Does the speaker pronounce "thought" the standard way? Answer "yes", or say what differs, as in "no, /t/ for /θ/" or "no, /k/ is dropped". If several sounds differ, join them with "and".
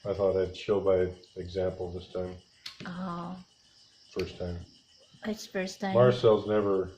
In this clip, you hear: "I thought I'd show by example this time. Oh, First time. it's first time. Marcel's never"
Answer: yes